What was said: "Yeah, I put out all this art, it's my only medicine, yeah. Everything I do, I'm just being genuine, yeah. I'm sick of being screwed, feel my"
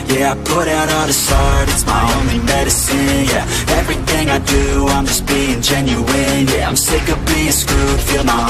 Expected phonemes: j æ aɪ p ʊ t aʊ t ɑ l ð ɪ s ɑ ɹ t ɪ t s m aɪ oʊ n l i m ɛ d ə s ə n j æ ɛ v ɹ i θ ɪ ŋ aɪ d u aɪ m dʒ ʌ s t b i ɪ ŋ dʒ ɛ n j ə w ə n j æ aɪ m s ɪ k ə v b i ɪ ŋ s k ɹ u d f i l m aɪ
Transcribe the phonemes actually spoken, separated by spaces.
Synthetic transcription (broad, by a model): j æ aɪ p ʊ t aʊ t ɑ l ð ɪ s ɑ ɹ t ɪ t s m aɪ oʊ n l i m ɛ d ə s ə n j æ ɛ v ɹ i θ ɪ ŋ aɪ d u aɪ m dʒ ʌ s b i ɪ ŋ dʒ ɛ n j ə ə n j æ aɪ m s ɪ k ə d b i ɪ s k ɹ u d f i l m aɪ